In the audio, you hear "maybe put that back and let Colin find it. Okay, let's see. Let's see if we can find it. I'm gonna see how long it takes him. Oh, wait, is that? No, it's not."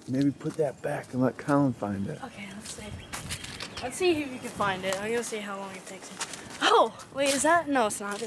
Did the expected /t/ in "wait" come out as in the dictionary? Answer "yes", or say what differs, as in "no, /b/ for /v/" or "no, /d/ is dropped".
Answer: no, /t/ is dropped